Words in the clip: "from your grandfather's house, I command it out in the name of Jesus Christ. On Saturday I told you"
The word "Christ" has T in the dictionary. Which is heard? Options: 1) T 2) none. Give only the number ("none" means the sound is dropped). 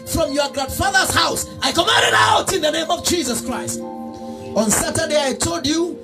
1